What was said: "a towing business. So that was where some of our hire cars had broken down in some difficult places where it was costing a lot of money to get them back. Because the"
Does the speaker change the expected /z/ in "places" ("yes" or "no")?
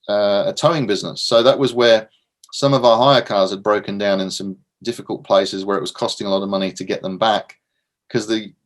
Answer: no